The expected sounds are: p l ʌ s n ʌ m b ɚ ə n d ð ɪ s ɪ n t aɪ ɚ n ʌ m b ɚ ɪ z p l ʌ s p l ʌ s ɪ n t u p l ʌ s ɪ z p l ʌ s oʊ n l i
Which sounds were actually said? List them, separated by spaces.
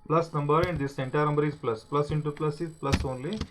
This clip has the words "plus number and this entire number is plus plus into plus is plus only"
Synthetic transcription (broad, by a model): p l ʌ s n ʌ m b ɚ ə n d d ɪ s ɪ n t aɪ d n ʌ m b ɚ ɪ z p l ʌ s p l ʌ s ɪ n t u p l ʌ s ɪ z p l ʌ s oʊ n l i